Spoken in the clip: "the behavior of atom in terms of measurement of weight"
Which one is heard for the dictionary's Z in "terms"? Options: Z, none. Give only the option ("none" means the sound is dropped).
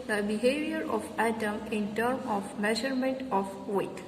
none